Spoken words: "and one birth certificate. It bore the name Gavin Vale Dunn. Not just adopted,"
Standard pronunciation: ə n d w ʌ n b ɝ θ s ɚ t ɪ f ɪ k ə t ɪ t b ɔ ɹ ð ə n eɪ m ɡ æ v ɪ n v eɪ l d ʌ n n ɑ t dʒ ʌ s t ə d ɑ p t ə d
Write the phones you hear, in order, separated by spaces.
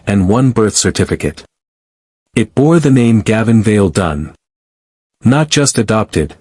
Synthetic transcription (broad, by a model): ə n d w ʌ n b ɝ θ s ɚ t ɪ f ɪ k ə t ɪ t b ɔ ɹ ð ə n eɪ m ɡ æ v ɪ n v eɪ l d ʌ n n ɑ t dʒ ʌ s t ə d ɑ p t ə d